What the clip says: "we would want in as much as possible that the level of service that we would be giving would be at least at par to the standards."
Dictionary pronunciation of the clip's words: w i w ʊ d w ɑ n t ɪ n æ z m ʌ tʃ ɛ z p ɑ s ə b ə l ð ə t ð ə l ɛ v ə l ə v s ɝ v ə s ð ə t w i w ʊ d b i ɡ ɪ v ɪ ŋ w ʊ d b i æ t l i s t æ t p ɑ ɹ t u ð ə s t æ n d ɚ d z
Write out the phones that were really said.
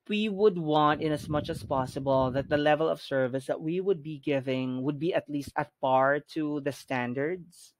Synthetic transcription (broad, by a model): w i w ʊ d w ɑ n t ɪ n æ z m ʌ tʃ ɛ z p ɑ s ə b ə l ð ə t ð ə l ɛ v ə l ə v s ɝ v ə s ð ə t w i w ʊ d b i ɡ ɪ v ɪ ŋ w ʊ d b i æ t l i s t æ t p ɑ ɹ t u ð ə s t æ n d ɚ d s